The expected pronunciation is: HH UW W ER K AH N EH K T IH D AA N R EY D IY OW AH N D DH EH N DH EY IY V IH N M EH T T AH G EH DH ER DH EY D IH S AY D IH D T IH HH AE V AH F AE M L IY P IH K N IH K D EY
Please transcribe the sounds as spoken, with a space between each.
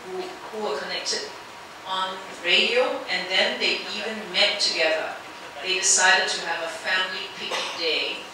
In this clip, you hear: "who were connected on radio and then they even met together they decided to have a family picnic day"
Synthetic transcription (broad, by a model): HH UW W ER K AH N EH K T IH D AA N R EY D IY OW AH N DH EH N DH EY IY V IH N M EH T T AH G EH DH ER DH EY D IH S AY D IH D T IH V AH F AE M L IY P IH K IH D EY